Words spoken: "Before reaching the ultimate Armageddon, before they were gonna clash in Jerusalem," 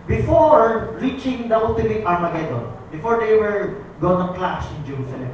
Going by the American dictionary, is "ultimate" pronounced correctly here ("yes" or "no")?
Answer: no